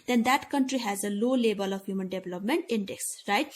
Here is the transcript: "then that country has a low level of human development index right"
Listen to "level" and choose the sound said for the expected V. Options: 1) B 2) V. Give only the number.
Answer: 1